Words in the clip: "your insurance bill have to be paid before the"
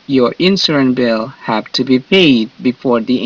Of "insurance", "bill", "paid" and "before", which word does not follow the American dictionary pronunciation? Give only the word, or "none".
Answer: insurance